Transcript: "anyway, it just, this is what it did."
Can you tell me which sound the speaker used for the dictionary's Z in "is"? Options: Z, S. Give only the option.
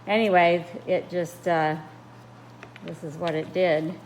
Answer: Z